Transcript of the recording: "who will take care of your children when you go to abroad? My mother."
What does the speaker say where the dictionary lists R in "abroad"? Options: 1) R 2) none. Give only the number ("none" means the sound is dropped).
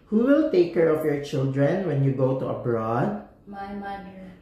1